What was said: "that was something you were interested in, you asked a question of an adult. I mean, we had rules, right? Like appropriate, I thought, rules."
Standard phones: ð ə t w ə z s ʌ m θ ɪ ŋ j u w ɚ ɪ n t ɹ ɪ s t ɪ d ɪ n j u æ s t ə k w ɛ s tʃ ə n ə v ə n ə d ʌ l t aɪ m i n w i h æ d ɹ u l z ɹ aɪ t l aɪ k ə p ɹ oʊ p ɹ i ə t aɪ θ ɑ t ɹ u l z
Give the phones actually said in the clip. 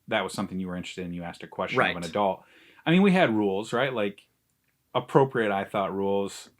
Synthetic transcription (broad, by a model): ð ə t w ə z s ʌ m θ ɪ ŋ j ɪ w ɚ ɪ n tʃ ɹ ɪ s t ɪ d ɪ n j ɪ æ s t ə k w ɛ s tʃ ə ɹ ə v ə n ə d ʌ l t aɪ m i n w i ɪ d ɹ u l z ɹ aɪ t l aɪ k ə p ɹ oʊ p ɹ i ə t aɪ θ ɑ t ɹ u l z